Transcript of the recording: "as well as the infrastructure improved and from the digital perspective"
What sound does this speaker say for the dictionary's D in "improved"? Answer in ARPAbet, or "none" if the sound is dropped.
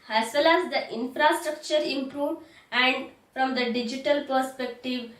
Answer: none